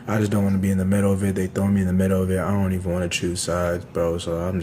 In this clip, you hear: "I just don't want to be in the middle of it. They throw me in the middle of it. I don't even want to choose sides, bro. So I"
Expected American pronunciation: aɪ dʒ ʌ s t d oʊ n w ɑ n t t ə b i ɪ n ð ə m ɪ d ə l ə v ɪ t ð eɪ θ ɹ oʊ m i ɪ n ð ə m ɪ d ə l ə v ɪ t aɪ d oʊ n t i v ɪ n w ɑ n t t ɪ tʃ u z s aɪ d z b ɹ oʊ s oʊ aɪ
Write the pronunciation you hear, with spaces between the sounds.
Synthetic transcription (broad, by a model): aɪ dʒ ʌ s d oʊ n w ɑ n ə b i ɪ n ð ə m ɪ d l ə v ɪ t ð eɪ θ oʊ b i ɪ n ð ə m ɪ d l ə v ɪ t aɪ d oʊ n t i v ɪ n w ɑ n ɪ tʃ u s aɪ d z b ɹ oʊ s oʊ aɪ